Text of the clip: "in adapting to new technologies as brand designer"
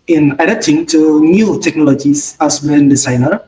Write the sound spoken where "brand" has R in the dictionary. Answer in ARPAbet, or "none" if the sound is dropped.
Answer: none